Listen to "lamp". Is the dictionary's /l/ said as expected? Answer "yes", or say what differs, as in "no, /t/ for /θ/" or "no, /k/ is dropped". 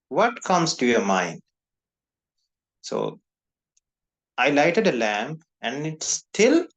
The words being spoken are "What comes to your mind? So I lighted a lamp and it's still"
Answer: yes